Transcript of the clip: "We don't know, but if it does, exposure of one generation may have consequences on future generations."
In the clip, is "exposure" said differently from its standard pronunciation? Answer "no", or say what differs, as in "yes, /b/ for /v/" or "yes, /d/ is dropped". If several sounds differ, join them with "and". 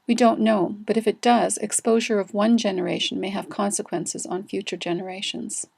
no